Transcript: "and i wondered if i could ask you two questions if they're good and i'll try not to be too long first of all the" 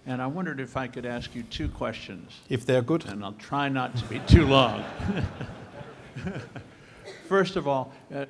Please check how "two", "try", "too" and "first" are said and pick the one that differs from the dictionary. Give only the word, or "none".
none